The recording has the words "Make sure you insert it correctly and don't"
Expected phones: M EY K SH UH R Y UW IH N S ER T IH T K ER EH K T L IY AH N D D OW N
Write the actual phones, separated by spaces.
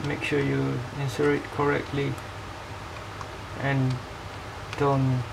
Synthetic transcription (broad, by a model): M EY K SH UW Y UW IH N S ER IH T K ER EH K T L IY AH N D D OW N